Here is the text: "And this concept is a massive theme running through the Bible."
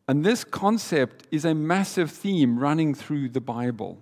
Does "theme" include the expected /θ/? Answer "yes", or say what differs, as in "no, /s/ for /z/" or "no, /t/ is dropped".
yes